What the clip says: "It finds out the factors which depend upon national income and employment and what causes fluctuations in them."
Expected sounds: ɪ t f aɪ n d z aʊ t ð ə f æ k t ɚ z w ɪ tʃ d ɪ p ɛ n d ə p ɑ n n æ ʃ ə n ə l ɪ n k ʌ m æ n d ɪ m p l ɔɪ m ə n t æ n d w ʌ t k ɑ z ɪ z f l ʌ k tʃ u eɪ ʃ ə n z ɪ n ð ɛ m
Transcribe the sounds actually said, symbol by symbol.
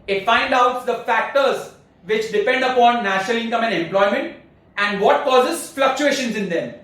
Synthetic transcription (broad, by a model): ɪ t f aɪ n d aʊ t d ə f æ k t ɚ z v ɪ tʃ d ɪ p ɛ n d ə p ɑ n n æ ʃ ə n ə l ɪ n k ʌ m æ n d ɪ m p l ɔɪ m ə n t æ n d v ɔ t k ɑ z ɪ z f l ʌ k tʃ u eɪ ʃ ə n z ɪ n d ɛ m